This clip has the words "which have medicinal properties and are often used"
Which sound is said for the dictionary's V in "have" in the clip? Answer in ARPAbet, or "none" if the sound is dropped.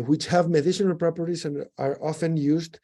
V